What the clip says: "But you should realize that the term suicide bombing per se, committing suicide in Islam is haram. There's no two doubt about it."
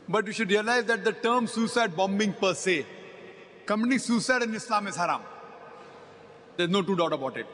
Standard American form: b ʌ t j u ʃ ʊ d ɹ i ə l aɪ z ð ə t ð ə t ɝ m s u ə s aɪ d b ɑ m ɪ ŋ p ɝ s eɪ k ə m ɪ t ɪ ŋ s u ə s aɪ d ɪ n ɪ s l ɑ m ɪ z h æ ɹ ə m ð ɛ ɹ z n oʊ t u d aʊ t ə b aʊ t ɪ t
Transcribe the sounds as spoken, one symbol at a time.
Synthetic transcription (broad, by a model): b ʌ t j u ʃ ʊ d ɹ i ə l aɪ z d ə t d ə t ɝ m s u s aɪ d b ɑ m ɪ ŋ p ɝ s eɪ k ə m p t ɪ s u s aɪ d ɪ n ɪ s l ɑ m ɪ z h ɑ ɹ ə m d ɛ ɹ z n oʊ t u d aʊ t ə b aʊ t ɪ t